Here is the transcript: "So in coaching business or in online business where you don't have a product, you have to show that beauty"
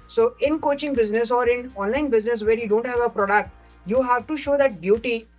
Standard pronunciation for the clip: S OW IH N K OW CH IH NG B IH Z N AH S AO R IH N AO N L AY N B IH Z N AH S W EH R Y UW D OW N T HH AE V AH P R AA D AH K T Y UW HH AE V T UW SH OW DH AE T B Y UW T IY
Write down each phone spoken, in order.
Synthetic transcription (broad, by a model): S OW IH N K OW CH IH NG B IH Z N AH S AO R IH N AO N L AY N B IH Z N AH S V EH R Y UW D OW N T HH AE V AH P R AA D AH K T Y UW HH AE V T UW SH OW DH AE T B Y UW T IY